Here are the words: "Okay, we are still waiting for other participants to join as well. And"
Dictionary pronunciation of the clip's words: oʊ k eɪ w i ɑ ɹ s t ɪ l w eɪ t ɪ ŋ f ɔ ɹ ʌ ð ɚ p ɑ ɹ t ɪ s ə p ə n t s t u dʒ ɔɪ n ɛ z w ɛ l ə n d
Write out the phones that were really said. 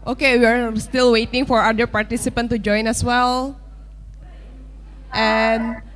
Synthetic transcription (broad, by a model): oʊ k eɪ w i ɑ ɹ s t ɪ l w eɪ t ɪ ŋ f ɔ ɹ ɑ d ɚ p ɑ ɹ t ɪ s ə p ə n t t u dʒ ɔɪ n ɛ s w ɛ l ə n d